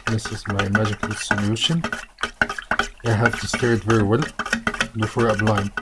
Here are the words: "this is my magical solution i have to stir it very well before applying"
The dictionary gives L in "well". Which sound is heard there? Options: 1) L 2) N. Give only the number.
1